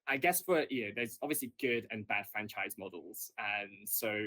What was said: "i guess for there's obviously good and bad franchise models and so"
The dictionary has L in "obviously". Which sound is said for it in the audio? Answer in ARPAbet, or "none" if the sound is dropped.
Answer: L